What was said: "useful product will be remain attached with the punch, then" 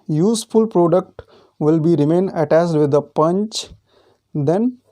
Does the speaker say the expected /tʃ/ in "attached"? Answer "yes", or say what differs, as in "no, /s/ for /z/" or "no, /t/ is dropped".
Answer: no, /s/ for /tʃ/